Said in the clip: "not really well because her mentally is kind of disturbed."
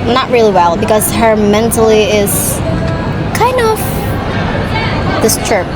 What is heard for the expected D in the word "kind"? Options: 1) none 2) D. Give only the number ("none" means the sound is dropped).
2